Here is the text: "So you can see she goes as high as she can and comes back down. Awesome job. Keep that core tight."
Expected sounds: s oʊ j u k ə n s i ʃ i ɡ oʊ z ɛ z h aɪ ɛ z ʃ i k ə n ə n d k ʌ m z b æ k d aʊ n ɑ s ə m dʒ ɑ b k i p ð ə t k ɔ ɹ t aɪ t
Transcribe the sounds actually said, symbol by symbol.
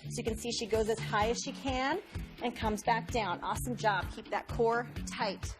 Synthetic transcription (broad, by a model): s oʊ j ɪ k ə n s i ʃ i ɡ oʊ z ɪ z h aɪ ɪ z ʃ i k ə n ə n k ʌ m z b æ k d aʊ n ɑ s ə m dʒ ɑ b k i p ð ə t k ɔ ɹ t aɪ t